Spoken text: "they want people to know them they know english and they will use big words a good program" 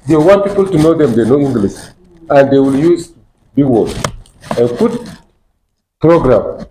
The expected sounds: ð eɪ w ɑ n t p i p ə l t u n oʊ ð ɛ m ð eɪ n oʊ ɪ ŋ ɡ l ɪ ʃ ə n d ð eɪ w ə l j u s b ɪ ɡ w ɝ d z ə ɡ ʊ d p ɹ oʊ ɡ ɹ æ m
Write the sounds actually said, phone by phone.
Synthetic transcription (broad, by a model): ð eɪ w ɑ n t p i p ə l t u n oʊ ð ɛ m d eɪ n oʊ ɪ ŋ ɡ l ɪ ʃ ə n d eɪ w ə l j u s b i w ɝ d ə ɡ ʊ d p ɹ oʊ ɡ ɹ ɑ m